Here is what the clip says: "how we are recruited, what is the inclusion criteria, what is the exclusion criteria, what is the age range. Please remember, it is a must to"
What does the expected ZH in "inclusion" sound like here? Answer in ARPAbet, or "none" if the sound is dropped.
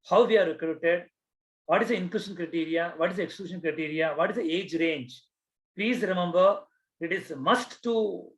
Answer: SH